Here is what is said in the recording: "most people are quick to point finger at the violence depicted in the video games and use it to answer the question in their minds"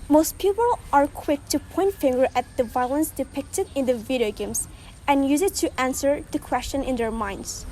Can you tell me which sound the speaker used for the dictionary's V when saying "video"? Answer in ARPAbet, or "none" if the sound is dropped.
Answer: V